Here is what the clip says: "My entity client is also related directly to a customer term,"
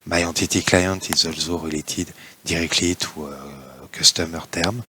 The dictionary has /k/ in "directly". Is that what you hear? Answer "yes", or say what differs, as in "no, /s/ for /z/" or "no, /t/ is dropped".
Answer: yes